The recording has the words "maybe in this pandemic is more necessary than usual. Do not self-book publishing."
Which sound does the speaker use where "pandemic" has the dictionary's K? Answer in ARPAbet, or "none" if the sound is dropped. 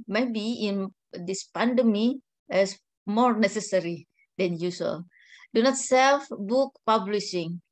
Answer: none